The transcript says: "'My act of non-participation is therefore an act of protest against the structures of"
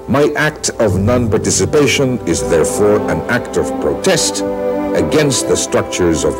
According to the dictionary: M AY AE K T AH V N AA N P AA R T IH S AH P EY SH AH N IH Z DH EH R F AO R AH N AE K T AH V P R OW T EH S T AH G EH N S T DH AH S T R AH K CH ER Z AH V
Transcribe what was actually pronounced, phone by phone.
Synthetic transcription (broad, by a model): M AY AE K T AH V N AA N P AA R T IH S AH P EY SH AH N IH Z DH EH R F AO R AH N AE K T AH V P R OW T EH S T AH G EH N S T DH AH S T R AH K CH ER Z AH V